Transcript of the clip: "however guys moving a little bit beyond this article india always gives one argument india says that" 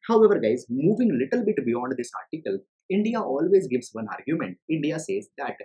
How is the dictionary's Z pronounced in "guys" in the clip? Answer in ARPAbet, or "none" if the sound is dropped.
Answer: Z